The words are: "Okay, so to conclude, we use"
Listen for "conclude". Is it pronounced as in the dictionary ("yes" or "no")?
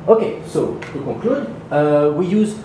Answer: no